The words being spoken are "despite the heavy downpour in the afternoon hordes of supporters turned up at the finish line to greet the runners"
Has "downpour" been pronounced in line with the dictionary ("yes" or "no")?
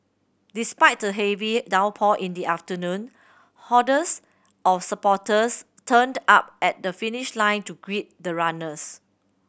no